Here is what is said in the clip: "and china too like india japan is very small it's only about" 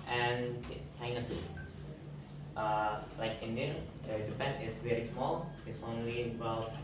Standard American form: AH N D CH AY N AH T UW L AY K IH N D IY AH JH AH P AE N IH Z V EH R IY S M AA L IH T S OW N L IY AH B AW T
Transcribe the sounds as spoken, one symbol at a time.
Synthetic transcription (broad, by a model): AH N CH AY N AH S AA L AY K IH N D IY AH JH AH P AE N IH S V EH R IY S M AA L IH T S OW N L IY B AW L